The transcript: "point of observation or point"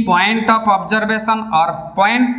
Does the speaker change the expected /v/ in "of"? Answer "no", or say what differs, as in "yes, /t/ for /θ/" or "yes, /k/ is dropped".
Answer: yes, /p/ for /v/